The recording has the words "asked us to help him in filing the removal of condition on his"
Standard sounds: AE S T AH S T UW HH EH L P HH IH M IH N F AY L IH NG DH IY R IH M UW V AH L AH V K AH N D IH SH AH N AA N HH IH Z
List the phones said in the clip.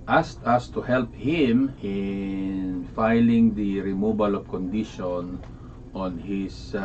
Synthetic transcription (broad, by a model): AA S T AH S T UW HH EH L P HH IH M IH N F AY L IH NG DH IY R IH M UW B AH L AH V K AH N D IH SH AH N AA N HH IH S